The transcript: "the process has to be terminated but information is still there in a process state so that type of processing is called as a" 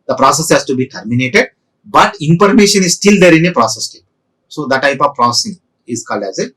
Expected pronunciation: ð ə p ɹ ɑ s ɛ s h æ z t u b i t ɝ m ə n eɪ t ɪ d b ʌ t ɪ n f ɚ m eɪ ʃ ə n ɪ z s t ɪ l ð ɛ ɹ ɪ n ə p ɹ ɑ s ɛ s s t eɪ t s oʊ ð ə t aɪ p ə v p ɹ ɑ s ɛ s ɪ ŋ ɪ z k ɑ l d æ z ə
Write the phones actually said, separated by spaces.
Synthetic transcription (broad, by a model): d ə p ɹ ɑ s ɛ s h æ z t u b i t ɝ m ə n eɪ t ɪ d b ʌ t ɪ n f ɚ m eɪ ʃ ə n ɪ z s t ɪ l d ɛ ɹ ɪ n ə p ɹ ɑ s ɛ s s t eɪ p s oʊ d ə t aɪ p ə v p ɹ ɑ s s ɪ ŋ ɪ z k ɑ l d æ z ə